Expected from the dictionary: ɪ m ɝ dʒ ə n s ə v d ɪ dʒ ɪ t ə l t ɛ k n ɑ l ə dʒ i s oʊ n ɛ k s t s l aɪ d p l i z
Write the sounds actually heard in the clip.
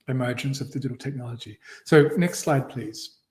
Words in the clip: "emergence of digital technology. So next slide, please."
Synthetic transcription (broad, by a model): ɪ m ɝ dʒ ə n s ə v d ɪ dʒ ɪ t l t ɛ k n ɑ l ə dʒ i s oʊ n ɛ k s t s l aɪ d p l i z